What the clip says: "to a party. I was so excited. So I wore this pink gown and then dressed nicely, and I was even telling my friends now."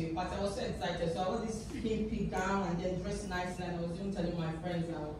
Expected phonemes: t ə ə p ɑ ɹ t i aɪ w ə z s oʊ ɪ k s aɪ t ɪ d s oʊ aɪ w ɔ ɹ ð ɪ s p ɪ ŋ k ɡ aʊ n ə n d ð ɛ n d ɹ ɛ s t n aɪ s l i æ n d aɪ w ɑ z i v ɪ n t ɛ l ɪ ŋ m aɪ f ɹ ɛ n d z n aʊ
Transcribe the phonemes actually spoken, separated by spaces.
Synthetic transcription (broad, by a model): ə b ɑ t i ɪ w ə z s oʊ ɪ k s aɪ t ɪ d s oʊ aɪ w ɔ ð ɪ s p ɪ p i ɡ aʊ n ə n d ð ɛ n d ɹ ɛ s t n aɪ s n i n aɪ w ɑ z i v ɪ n t ɛ l ɪ ŋ m aɪ f ɹ ɛ n d z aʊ